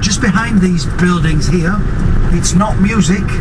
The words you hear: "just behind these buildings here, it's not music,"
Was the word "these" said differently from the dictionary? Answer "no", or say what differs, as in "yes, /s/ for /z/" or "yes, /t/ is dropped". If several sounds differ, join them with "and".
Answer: no